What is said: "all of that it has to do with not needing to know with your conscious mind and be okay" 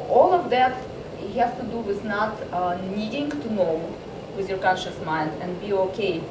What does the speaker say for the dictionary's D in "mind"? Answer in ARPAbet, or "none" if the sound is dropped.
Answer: D